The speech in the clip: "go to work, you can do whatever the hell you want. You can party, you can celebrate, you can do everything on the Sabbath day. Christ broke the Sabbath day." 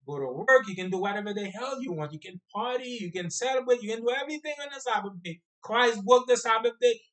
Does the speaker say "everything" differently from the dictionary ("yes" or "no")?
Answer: no